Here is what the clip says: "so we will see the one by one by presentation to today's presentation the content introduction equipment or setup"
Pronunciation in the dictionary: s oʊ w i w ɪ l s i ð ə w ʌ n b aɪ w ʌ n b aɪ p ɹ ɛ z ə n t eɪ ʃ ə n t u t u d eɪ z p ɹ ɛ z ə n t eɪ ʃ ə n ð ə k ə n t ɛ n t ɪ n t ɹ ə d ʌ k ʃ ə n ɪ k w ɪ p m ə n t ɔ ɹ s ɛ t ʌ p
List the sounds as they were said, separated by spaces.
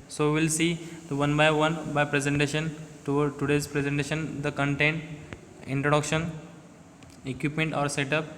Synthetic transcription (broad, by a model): s oʊ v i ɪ l s i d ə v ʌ n b aɪ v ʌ n b aɪ p ɹ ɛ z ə n t eɪ ʃ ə n t u t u d eɪ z p ɹ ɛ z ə n t eɪ ʃ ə n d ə k ə n t ɛ n t ɪ n t ɹ ə d ʌ k ʃ ə n ɪ k w ɪ p m ə n t ɔ ɹ s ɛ t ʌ p